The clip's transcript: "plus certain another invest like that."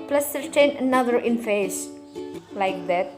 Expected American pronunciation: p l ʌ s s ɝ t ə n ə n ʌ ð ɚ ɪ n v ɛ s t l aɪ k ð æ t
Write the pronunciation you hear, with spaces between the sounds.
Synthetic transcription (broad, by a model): p l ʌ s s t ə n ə n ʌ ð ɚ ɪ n f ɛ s l aɪ k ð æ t